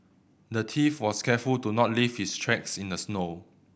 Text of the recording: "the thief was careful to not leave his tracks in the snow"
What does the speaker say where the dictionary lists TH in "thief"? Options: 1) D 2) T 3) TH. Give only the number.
2